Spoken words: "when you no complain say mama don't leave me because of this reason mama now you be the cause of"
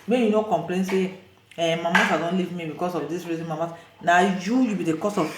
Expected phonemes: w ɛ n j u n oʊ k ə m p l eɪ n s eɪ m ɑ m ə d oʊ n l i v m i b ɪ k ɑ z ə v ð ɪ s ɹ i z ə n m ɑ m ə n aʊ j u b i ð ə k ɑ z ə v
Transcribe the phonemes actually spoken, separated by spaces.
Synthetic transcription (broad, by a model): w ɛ j u n oʊ k ə m p l eɪ n s eɪ m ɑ m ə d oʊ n l i v m i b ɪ k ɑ s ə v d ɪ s ɹ i z ə n m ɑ m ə n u j u b i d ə k ɑ s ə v